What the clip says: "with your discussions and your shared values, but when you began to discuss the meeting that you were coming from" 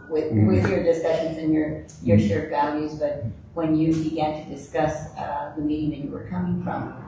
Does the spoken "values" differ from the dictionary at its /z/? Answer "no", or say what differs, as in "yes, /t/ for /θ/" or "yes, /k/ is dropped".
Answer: no